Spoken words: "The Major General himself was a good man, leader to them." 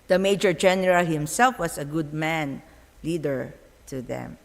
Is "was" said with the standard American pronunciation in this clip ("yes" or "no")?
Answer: no